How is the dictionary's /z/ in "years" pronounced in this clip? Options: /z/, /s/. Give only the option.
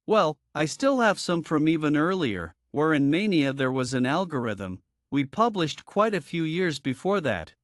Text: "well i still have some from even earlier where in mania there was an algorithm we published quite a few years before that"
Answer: /z/